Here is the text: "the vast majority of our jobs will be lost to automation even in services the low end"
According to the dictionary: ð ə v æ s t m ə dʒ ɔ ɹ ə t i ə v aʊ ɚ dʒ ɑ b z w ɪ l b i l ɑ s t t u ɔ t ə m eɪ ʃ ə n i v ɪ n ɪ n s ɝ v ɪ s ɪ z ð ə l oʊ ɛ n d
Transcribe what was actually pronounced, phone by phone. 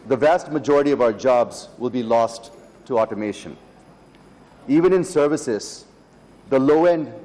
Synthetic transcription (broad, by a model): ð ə v æ s t m ə dʒ ɔ ɹ ə t i ə v aʊ ɚ dʒ ɑ b z w ɪ l b i l ɑ s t t u ɔ t ə m eɪ ʃ ə n i v ɪ n ɪ n s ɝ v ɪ s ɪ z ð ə l oʊ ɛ n d